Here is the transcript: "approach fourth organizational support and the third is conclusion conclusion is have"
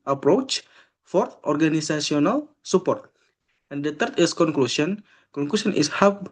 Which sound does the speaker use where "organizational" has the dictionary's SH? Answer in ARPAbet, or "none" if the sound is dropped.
S